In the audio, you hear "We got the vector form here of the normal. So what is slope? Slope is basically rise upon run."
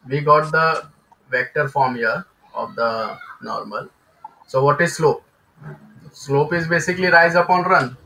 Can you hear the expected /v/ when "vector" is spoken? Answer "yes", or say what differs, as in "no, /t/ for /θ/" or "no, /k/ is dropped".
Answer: yes